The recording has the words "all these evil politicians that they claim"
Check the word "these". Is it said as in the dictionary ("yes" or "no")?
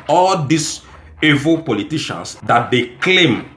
no